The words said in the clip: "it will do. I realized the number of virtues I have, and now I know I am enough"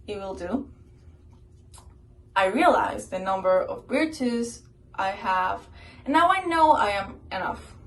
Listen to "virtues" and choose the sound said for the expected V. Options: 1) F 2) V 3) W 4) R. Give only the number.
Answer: 3